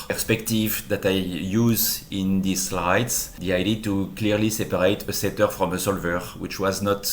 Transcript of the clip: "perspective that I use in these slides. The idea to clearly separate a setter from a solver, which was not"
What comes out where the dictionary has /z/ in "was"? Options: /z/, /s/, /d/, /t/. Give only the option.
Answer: /z/